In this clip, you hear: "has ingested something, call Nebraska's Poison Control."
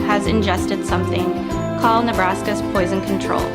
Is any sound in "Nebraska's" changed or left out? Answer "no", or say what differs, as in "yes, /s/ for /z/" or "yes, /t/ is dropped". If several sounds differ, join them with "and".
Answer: no